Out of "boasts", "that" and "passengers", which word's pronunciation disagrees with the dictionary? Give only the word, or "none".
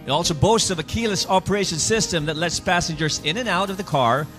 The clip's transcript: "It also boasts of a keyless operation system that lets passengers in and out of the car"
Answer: none